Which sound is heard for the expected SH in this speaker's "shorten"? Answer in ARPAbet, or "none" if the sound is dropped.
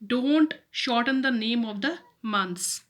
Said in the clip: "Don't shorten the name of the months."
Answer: SH